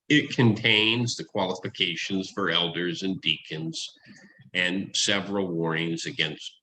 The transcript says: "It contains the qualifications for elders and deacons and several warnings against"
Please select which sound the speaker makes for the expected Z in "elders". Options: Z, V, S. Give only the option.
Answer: Z